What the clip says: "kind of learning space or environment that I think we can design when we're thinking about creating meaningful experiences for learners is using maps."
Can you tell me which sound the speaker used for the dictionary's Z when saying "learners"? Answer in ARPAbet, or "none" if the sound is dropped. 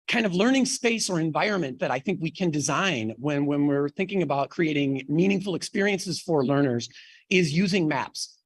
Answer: Z